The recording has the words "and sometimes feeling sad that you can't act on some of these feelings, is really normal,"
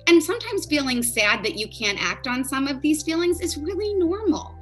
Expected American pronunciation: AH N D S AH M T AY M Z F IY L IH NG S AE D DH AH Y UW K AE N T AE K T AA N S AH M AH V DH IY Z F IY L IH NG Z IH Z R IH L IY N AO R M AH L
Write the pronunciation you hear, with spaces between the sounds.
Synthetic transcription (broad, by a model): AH N S AH M T AY M Z F IY L IH NG S AE D DH AH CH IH K AE N T AE K T N S AH M AH V DH IY Z F IY L IH NG Z IH Z R IH L IY N AO R M L